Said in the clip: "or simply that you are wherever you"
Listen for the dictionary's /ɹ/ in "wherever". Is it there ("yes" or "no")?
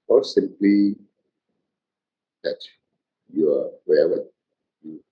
no